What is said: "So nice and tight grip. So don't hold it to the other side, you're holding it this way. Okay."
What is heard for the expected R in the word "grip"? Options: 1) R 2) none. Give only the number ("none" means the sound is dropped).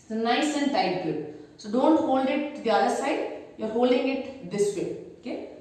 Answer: 2